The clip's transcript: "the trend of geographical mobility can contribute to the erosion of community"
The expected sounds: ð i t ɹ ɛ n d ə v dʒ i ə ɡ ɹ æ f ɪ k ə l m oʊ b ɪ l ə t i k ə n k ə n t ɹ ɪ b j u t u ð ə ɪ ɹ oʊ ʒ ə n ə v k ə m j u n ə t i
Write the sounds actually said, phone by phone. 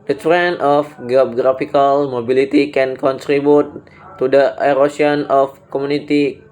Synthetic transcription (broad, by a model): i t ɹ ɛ n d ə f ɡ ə ɡ ɹ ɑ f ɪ k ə l m oʊ b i l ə t i k ə n k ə n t ɹ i b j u t u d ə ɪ ɹ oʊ s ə n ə f k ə m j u n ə t i